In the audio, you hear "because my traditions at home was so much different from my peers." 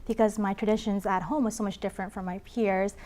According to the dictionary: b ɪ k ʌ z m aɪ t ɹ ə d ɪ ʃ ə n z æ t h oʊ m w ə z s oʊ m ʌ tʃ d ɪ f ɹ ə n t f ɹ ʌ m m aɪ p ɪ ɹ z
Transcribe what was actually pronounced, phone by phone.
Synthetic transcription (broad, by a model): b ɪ k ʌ z m aɪ t ɹ ə d ɪ ʃ ə n z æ t h oʊ m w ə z s oʊ m ʌ tʃ d ɪ f ɹ ə n t f ɹ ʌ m m aɪ p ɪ ɹ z